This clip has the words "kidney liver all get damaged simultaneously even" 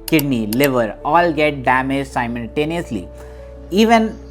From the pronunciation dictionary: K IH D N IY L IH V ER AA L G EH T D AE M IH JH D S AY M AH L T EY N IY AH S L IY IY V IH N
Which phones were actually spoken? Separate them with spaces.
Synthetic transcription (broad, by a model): K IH D N IY L IH V ER AA L G EH T D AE M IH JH S AY M AH L T EY N IY AH S L IY IY V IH N